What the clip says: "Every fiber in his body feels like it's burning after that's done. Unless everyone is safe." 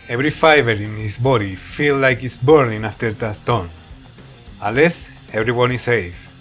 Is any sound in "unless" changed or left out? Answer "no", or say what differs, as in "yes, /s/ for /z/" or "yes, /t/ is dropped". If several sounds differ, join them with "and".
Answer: yes, /n/ is dropped